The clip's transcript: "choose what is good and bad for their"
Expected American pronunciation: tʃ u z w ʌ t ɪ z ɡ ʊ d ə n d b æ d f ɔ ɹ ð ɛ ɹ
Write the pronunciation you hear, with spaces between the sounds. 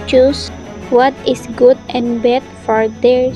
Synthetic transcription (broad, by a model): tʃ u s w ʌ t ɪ s ɡ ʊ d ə n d b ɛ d f ɔ ɹ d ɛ ɹ